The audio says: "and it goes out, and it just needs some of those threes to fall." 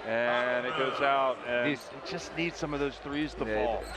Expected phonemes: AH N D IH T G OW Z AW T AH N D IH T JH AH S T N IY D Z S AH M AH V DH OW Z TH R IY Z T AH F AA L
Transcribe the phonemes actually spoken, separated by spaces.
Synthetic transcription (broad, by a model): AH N IH T G OW Z AW T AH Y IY IH T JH AH S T N IY D Z S AH M AH V DH OW Z TH R IY Z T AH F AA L